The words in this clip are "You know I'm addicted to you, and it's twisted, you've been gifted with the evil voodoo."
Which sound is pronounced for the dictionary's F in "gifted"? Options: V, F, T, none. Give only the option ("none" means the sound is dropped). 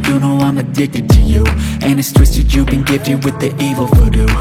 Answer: none